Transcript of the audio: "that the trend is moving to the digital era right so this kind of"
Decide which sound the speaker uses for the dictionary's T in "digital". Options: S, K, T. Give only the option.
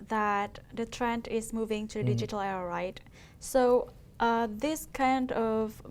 T